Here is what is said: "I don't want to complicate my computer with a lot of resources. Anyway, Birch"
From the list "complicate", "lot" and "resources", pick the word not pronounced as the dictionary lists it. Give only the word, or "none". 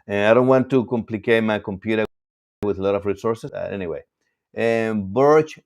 resources